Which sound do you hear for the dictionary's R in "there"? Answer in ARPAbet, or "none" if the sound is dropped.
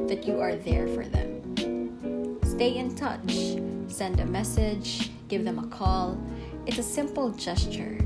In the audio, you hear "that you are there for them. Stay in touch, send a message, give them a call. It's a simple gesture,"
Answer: R